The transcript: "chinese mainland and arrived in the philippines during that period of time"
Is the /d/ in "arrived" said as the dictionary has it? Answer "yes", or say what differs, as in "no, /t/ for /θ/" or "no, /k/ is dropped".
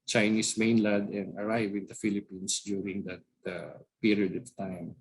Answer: no, /d/ is dropped